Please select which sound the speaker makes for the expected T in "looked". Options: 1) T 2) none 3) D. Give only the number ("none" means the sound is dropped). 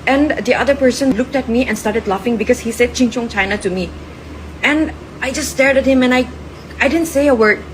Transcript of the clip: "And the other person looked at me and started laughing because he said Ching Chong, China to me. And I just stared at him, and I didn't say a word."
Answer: 1